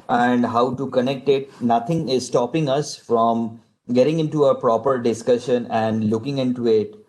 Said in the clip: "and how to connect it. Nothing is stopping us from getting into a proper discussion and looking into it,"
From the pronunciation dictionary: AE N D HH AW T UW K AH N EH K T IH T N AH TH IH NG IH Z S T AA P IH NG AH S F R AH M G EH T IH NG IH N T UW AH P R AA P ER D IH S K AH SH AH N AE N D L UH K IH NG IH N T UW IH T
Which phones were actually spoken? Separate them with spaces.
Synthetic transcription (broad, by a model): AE N D HH AW T UW K AH N EH K T IH T N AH T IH NG IH Z S T AA P IH NG AH S F R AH M G EH T IH NG IH N T UW AH P R AA P ER D IH S K AH SH AH N AE N D L UH K IH NG IH N T UW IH T